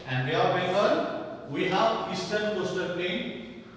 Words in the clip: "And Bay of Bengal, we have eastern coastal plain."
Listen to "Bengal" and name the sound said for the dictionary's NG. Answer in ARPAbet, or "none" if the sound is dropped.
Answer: none